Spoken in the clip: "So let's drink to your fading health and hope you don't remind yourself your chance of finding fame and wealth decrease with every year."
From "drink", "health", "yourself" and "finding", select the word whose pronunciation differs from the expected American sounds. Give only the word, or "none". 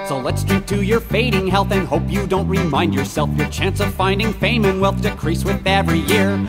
drink